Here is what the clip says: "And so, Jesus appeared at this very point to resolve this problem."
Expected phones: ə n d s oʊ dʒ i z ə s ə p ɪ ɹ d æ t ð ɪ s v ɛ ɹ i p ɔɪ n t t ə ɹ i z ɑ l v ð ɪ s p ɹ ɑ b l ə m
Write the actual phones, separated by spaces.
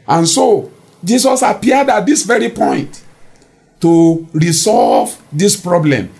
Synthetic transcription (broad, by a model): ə n s oʊ dʒ i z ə s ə p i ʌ d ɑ t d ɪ s v ɛ ɹ i p ɔɪ n t t ə ɹ i s ɑ l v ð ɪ s p ɹ ɑ b l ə m